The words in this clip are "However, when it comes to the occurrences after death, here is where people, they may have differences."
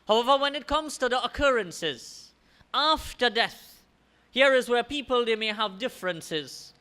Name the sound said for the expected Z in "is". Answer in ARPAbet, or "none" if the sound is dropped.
Z